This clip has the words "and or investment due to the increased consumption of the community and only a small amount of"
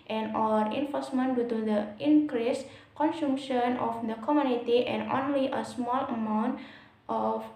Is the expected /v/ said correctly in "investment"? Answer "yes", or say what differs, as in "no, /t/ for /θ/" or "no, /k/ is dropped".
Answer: no, /f/ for /v/